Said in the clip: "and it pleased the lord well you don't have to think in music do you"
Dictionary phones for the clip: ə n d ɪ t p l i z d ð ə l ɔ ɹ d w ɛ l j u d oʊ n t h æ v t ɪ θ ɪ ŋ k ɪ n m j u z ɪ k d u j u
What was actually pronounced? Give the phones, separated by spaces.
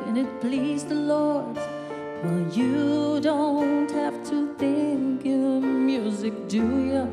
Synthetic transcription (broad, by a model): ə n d ɪ t p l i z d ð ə l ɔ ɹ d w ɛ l j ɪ d oʊ n t h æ f t ɪ θ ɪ ŋ k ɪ m j u z ɪ k d u j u